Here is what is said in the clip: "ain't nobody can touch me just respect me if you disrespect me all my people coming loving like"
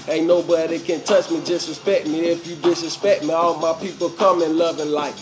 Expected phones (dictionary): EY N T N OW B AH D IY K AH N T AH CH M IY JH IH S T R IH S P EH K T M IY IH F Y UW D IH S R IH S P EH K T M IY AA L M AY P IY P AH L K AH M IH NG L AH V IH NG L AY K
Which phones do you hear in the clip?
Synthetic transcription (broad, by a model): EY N N OW B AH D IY K AH N T AH CH M IY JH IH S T R IH S P EH K T M IY IH F Y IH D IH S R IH S P EH K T M IY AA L M AY P IY P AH L K AH M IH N L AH V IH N L AY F